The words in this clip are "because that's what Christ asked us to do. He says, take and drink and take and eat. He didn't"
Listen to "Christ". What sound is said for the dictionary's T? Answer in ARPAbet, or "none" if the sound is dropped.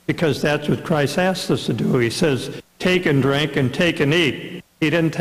T